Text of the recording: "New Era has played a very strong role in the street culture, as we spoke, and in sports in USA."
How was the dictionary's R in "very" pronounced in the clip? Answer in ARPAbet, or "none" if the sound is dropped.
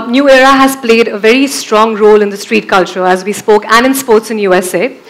R